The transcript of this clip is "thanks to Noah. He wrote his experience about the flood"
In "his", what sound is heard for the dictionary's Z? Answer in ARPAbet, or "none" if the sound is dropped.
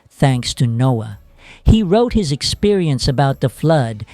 Z